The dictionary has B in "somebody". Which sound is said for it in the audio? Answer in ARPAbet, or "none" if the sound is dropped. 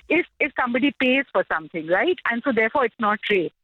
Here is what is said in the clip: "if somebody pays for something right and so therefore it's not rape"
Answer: B